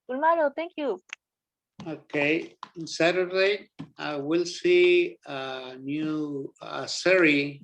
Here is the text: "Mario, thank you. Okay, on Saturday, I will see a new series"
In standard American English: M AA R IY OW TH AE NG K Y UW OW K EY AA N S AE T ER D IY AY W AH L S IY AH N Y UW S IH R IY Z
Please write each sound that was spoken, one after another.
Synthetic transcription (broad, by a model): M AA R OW T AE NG K Y UW OW K EY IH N S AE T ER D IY AY W AH L S IY AH N Y UW S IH R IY